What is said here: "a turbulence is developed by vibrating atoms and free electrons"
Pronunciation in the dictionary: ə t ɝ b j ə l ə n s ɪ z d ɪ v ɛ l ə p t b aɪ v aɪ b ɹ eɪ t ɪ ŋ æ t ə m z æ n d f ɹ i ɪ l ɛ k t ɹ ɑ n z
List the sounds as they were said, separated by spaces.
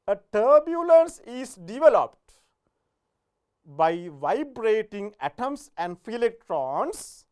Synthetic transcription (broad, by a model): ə t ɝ b j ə l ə n s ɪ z d ɪ v ɛ l ə p t b aɪ v aɪ b ɹ eɪ t ɪ ŋ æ t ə m s æ n d f i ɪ l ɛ k t ɹ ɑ n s